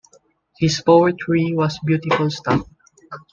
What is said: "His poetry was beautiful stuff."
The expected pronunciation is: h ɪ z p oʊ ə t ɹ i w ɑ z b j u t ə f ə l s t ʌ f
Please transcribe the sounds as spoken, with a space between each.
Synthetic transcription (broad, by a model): h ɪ s p oʊ ə t ɹ i w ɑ s b j u t ə f ə l s t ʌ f